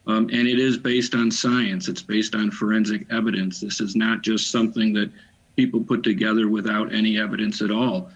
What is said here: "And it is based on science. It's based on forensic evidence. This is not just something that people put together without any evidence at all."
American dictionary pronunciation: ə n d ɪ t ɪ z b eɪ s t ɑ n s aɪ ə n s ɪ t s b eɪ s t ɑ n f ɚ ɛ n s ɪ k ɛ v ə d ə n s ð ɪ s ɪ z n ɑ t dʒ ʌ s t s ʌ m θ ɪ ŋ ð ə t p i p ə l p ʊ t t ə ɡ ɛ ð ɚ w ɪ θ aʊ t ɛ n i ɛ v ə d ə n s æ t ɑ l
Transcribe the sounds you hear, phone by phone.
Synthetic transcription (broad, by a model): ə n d ɪ t ɪ z b eɪ s t n s aɪ ə n s ɪ t s b eɪ s t n f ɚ ɛ n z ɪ k ɛ v ə d ə n s ð ɪ s ɪ z n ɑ t dʒ ʌ s t s ʌ m θ ɪ ŋ ð ə t p i p l p ʊ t t ə ɡ ɛ ð ɚ w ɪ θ aʊ t ɛ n i ɛ v ə d ə n s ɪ t ɑ l